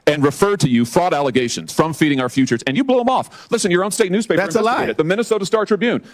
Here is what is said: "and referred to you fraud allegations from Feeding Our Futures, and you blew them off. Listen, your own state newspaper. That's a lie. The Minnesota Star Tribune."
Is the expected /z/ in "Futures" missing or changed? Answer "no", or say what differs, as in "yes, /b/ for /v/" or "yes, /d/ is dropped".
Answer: no